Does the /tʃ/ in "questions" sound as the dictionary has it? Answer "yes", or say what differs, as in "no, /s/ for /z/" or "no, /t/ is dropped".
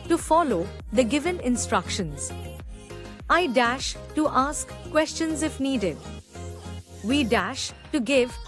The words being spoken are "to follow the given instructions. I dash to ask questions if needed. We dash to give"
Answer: yes